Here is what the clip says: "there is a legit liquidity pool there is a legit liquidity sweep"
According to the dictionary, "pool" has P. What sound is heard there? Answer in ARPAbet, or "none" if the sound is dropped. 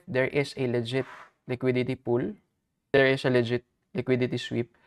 P